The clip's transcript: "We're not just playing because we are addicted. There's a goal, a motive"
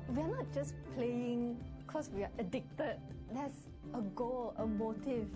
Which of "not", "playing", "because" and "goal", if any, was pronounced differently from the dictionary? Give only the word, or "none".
because